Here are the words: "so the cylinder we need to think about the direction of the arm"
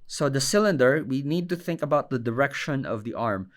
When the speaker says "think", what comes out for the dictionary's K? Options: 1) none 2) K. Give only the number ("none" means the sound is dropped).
2